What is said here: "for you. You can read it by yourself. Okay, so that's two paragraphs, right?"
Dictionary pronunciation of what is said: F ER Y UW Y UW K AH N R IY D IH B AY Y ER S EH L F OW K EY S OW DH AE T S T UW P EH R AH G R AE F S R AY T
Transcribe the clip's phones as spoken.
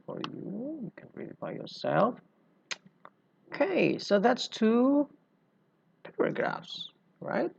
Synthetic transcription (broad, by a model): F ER Y UW Y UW K AH N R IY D IH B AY Y ER S EH L F OW K EY S OW DH AE T S T UW P EH R AH G R AE F S R AY T